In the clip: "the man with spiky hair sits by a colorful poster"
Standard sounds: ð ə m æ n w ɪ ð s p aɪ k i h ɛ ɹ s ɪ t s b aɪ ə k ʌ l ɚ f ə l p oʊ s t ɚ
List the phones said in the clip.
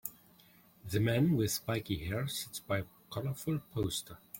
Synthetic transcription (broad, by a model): ð ə m æ n w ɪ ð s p aɪ k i h ɛ ɹ s ɪ t s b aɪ ə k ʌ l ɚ f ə l p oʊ s t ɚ